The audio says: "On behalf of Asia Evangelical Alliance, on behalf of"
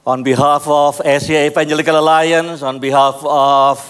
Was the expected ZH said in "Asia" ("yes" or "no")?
no